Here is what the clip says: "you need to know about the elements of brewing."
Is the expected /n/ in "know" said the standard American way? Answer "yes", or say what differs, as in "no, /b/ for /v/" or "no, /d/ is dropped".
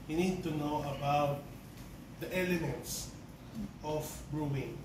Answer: yes